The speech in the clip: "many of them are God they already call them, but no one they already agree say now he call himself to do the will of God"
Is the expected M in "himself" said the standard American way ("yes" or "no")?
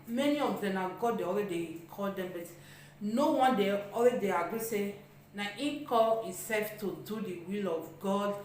no